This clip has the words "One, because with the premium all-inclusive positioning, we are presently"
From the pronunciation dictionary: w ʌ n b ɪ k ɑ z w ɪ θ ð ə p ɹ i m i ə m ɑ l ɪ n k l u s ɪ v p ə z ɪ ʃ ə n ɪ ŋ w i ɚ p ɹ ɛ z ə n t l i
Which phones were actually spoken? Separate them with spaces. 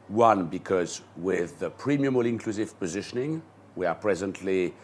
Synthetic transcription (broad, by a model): w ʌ n b ɪ k ɑ z w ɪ ð ə p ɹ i m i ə m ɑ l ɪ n k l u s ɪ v p ə z ɪ ʃ ə n ɪ ŋ w i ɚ p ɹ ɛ z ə n t l i